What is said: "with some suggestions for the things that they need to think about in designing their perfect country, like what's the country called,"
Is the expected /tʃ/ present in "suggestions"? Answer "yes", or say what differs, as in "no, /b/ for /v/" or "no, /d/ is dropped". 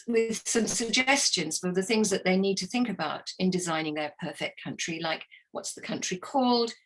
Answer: yes